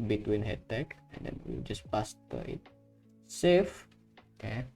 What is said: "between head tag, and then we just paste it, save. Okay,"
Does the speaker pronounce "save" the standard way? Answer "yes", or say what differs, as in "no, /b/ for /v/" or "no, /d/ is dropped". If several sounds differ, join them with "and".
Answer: no, /f/ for /v/